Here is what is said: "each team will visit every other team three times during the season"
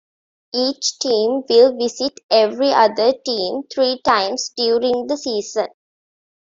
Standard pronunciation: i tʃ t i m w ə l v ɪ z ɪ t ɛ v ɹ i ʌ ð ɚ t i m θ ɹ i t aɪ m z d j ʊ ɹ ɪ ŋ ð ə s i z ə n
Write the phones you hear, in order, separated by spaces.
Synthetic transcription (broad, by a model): i tʃ t i m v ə l v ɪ s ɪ t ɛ v ɹ i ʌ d ɚ t i m t ɹ i t aɪ m s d j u ɹ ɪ ŋ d ə s i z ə n